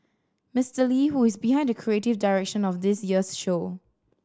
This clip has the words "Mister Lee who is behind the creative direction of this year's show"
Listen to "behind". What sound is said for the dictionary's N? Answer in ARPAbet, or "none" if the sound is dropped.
N